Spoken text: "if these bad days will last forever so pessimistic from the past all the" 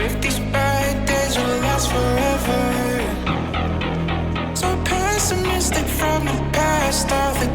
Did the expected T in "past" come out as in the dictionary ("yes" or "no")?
yes